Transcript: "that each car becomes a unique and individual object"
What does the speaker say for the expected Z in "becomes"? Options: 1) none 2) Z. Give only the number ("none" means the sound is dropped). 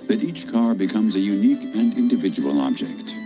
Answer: 2